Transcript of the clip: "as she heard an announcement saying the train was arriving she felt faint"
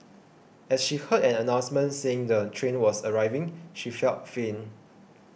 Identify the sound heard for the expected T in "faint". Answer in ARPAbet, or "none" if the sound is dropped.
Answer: none